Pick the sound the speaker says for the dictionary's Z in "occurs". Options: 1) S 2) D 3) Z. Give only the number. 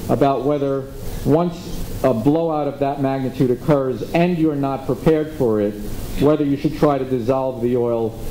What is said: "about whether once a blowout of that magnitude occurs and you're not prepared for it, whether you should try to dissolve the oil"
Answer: 3